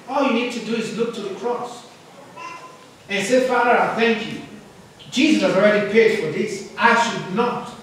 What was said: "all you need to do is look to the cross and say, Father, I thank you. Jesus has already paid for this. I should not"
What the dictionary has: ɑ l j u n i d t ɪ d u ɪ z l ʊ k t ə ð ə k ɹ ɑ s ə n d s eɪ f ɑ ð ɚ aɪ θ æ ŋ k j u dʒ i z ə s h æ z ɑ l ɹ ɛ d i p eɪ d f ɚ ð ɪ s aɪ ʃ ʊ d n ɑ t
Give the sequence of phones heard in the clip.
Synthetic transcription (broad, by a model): ɑ l j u n i d t ɪ d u ɪ z l ʊ k t ə ð ə k ɹ ɑ s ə n s eɪ f ɑ ð ɚ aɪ θ æ ŋ k j u dʒ i z ə s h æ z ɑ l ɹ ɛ d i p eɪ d f ɚ ð ɪ s aɪ ʃ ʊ d n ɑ t